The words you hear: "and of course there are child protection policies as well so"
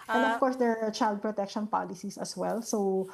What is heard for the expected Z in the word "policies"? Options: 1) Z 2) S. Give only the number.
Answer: 2